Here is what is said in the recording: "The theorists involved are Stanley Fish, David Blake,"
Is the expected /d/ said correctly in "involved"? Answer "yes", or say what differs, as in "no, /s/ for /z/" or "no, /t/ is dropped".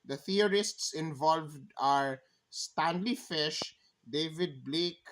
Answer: yes